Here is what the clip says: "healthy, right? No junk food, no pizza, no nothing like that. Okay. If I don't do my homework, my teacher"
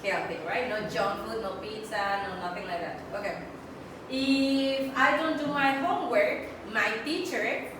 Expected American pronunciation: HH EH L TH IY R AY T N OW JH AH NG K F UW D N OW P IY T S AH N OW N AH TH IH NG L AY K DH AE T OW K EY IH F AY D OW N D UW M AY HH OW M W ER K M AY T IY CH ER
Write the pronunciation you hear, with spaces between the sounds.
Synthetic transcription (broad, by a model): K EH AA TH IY R AY T N OW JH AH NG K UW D N OW P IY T AH N OW N AH TH IH NG L AY K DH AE T OW K EY IH F AY D OW N D UW M AY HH OW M W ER K M AY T IY CH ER